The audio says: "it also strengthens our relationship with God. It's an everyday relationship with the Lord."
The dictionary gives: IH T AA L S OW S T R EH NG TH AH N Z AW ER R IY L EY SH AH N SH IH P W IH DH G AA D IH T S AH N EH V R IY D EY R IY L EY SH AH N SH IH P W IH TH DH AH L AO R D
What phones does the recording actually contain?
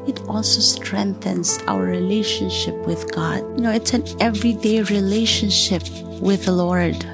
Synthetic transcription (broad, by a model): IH T AA L S OW S T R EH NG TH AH N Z AW ER R IY L EY SH AH N SH IH P W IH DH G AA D IH T S AH N EH V R IY D EY R IY L EY SH AH N SH IH P W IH DH AH L AO R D